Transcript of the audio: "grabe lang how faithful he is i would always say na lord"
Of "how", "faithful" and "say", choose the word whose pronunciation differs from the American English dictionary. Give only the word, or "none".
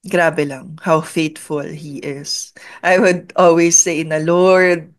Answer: faithful